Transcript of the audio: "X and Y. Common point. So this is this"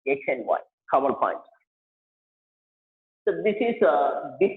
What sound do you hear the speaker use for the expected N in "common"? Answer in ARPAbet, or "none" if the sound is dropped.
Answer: L